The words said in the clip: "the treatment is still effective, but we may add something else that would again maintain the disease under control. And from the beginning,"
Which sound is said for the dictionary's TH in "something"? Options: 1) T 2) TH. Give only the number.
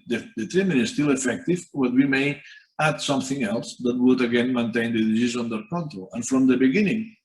2